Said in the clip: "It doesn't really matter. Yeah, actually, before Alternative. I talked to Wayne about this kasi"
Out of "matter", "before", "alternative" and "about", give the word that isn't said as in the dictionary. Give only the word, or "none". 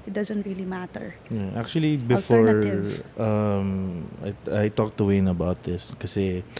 alternative